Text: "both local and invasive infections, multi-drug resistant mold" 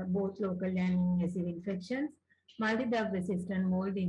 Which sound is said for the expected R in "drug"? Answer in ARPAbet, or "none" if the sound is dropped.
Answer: none